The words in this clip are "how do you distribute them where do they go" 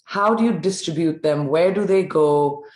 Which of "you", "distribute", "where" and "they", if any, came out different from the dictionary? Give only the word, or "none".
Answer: none